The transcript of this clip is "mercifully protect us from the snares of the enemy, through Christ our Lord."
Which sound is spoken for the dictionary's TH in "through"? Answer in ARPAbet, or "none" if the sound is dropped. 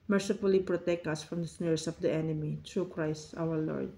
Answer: T